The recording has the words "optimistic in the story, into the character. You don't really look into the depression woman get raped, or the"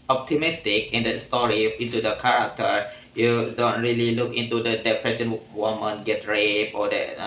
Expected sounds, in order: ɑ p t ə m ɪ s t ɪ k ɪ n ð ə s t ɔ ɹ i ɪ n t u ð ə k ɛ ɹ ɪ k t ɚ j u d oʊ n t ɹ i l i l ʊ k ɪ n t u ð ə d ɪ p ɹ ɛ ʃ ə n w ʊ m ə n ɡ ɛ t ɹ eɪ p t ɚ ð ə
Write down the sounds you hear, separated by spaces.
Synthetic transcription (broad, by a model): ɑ p t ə m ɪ s t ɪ k ɪ n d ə s t ɔ ɹ i ɪ n t u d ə k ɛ ɹ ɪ k t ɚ j u d oʊ n t ɹ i l i l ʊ k ɪ n t u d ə d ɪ p ɹ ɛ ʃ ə n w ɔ m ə n ɡ ɛ t ɹ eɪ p ɔ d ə